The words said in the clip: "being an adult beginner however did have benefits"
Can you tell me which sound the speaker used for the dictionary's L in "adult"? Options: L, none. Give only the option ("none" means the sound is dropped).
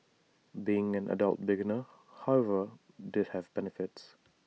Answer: L